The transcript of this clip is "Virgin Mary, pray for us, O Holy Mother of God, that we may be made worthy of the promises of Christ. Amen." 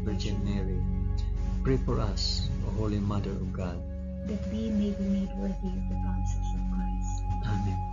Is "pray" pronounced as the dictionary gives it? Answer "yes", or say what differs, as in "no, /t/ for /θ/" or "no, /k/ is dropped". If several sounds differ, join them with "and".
yes